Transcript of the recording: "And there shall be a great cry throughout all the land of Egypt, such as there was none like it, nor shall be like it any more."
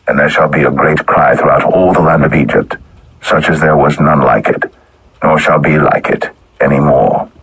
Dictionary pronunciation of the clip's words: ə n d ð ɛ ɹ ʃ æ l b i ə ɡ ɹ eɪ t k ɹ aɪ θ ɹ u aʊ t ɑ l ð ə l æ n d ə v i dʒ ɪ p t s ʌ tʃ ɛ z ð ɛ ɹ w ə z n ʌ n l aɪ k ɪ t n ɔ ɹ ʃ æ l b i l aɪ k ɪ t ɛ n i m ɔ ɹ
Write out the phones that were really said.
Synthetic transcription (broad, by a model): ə n ð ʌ ɹ ʃ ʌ l b i ə ɡ ɹ eɪ t k ɹ aɪ θ ɹ u aʊ t ɑ l ð ə l æ n d ə v i dʒ ɪ p t s ʌ tʃ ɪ z ð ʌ ɹ w ə z n ʌ n l aɪ k ɪ t n ɔ ɹ ʃ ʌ l b i l aɪ k ɪ t ɛ n i m ɔ ɹ